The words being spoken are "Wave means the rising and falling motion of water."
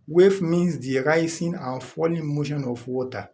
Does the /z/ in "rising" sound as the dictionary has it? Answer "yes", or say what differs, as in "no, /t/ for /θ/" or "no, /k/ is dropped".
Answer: no, /s/ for /z/